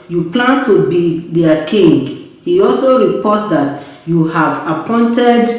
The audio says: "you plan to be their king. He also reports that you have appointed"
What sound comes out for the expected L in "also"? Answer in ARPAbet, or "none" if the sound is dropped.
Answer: L